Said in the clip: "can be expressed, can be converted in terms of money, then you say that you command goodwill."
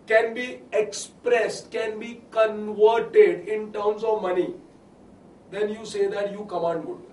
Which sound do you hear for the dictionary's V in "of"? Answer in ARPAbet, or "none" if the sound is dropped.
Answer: V